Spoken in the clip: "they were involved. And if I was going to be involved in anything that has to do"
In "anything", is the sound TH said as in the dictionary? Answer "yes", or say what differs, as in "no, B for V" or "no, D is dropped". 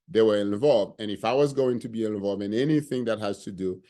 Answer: yes